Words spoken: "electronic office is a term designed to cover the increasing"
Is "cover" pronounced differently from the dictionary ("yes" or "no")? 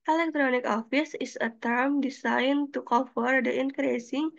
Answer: yes